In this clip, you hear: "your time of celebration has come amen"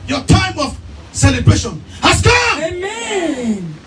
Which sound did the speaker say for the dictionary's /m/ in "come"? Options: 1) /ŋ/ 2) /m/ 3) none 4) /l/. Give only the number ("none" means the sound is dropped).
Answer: 3